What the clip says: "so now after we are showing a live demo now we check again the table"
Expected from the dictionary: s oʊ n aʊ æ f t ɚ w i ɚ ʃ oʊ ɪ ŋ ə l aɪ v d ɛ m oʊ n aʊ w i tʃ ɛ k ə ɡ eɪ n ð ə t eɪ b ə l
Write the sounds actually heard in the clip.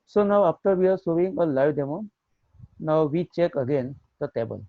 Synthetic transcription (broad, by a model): s oʊ n aʊ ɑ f t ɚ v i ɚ s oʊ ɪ ŋ ə l aɪ v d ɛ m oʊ n aʊ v i tʃ ɛ k ə ɡ eɪ n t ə t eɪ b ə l